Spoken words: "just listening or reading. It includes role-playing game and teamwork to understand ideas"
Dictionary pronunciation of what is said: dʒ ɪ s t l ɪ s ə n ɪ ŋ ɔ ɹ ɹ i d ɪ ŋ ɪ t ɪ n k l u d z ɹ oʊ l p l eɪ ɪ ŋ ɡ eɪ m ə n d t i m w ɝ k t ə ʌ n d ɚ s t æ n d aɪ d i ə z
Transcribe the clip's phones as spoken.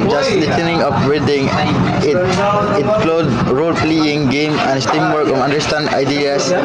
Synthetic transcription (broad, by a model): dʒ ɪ s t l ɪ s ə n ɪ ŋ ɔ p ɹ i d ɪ ŋ ɪ t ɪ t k l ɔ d ɹ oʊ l p l eɪ ɪ ŋ ɡ eɪ m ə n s t i m w ɝ k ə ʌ n d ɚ s t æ n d aɪ d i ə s